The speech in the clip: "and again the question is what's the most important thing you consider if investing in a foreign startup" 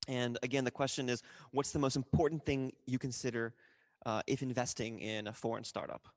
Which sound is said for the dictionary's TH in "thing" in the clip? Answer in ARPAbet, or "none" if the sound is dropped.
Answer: TH